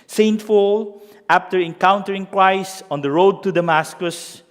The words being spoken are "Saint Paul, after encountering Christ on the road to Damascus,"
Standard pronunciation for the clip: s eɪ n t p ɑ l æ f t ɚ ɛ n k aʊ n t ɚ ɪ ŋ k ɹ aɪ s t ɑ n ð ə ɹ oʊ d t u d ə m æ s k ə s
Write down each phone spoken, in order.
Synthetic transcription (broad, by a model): s eɪ n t f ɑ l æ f t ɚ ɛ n k aʊ n t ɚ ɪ ŋ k ɹ aɪ s ɑ n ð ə ɹ oʊ d t u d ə m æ s k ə s